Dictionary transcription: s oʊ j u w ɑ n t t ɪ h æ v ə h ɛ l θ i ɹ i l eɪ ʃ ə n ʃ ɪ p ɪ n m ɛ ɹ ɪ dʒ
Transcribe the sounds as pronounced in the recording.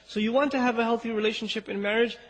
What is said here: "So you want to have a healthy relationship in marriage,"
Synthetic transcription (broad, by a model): s oʊ j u w ɑ n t t ɪ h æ v ə h ɛ l θ i ɹ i l eɪ ʃ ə n ʃ ɪ p ɪ n m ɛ ɹ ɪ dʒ